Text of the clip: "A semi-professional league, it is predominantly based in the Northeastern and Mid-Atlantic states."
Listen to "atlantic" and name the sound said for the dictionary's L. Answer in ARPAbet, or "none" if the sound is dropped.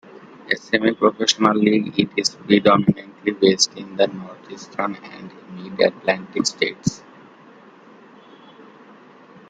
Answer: L